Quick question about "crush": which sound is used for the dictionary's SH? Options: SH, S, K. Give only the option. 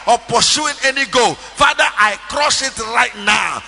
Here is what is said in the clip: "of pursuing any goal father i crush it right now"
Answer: S